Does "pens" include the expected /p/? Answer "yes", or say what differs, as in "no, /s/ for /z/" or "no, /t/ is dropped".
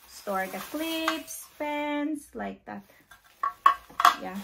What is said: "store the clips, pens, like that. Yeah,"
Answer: no, /f/ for /p/